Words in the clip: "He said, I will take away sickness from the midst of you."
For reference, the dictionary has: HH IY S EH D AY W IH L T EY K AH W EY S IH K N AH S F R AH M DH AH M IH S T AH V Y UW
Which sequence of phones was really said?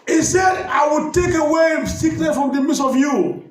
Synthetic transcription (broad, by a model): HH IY S EH D AY W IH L T EY K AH W EY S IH K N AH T F R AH M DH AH M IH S AH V Y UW